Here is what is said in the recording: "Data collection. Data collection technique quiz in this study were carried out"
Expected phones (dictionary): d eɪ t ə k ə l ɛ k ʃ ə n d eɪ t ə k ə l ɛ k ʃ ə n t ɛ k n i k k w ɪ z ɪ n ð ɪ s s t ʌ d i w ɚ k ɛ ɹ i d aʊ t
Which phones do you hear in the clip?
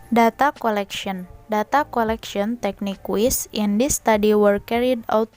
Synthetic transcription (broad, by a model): d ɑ t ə k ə l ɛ k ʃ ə n d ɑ t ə k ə l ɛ k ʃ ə n t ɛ k n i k k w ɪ s ɪ n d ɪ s s t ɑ d i w ɚ k ɛ ɹ i d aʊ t